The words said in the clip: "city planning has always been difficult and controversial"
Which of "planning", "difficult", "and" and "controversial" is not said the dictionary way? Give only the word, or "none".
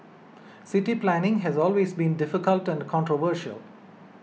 none